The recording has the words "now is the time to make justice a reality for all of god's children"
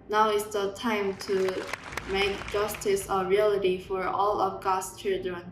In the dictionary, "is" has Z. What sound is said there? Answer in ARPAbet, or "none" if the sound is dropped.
S